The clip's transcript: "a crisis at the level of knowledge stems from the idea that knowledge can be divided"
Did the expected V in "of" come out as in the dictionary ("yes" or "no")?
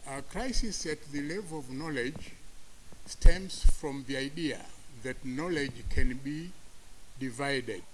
yes